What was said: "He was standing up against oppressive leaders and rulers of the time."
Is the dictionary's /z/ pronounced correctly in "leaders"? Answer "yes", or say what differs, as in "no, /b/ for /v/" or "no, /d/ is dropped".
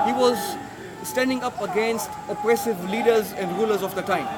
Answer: yes